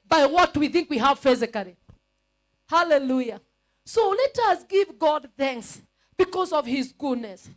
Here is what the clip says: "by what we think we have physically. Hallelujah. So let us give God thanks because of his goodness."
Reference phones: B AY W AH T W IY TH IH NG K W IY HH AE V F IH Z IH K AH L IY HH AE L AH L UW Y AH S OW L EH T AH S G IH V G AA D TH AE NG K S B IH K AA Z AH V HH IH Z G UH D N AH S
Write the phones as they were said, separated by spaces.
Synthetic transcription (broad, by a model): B AY W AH T W IY TH IH NG K W IY HH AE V F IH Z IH K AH L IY HH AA L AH L UW Y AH S OW L EH T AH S G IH V G AA D TH AE NG K S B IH K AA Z AH V HH IH Z G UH D N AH S